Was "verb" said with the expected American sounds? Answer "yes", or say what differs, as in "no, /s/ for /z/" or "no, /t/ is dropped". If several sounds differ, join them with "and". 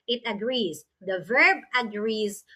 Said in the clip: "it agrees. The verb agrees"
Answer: yes